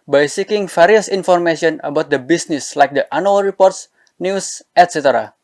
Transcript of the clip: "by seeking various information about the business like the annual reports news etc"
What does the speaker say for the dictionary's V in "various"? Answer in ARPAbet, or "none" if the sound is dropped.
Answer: F